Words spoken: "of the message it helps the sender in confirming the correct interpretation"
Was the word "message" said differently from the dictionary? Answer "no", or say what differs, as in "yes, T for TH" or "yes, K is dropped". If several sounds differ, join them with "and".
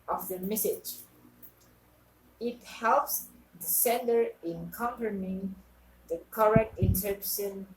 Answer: no